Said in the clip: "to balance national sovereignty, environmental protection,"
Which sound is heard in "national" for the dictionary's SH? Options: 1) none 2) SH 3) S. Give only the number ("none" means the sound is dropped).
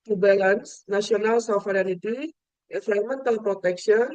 3